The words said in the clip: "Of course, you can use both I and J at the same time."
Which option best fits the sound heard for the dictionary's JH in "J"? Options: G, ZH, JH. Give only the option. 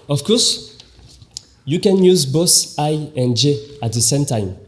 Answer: JH